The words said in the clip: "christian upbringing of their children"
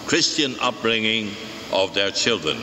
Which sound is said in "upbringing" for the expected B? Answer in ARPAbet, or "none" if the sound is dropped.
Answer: none